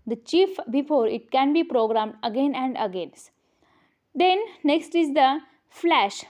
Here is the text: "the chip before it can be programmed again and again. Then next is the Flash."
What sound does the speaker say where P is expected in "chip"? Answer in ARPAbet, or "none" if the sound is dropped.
F